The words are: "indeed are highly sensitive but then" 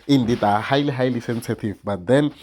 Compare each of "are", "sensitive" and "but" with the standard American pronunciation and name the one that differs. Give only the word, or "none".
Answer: are